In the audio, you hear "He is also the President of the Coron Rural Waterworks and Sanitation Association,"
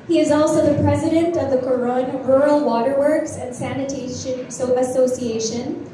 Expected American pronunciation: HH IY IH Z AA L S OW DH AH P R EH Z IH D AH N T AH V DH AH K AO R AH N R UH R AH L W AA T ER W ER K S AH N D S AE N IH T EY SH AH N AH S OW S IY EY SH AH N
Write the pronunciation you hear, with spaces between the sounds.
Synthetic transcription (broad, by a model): HH IY IH Z AA L S OW DH AH P R EH Z IH D AH N T AH V DH AH K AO R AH N R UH R L W AA T ER W ER K S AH N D S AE N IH T EY SH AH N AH S OW S IY EY SH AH N